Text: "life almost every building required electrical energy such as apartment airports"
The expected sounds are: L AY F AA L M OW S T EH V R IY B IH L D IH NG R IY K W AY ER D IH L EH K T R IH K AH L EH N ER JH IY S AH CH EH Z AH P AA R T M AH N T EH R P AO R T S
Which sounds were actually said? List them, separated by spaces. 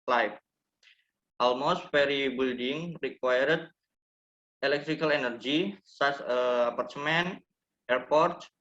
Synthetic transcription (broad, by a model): L AY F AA L M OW S T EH R IY B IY L D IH NG R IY K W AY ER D IH L EH K T R IH K AH L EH N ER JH IY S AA S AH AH P AA R T M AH N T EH R P AO R T